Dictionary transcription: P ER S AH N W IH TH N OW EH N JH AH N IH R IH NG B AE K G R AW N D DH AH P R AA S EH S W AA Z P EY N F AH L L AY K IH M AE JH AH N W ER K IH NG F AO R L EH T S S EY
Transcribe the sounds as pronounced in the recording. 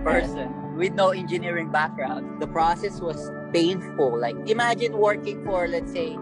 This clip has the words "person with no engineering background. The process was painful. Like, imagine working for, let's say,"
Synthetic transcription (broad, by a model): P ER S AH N W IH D N OW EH N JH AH N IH R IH NG B AE K G R AW N D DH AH P R AA S EH S W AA S P EY N F AH L L AY K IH M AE JH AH N W ER K IH NG F AO R L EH T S S EY